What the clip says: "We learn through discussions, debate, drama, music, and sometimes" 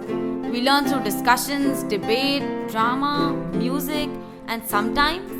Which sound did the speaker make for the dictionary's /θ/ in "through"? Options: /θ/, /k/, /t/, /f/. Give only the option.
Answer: /t/